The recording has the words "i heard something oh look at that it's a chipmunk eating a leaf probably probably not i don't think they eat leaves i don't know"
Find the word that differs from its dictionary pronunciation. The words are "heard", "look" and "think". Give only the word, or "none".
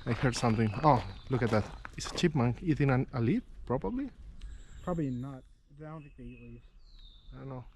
think